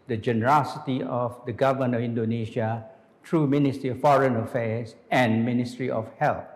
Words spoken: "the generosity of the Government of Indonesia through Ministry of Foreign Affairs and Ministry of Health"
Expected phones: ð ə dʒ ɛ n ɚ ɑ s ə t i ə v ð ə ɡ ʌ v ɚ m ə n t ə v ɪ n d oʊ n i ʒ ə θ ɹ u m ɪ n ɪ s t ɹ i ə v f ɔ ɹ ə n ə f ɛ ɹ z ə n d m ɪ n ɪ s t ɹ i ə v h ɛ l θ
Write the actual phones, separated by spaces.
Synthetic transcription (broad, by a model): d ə dʒ ɛ n ɚ ɑ s ə t i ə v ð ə ɡ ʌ v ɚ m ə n ə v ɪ n d oʊ n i ʃ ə t ɹ u m ɪ n ɪ s t ɹ i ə f ɔ ɹ ə n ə f ɛ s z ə n m ɪ n ɪ s t ɹ i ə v h ɛ l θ